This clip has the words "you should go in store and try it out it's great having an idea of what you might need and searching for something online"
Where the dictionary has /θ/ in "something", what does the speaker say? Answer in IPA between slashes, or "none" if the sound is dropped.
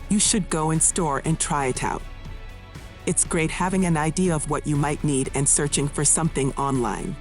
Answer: /θ/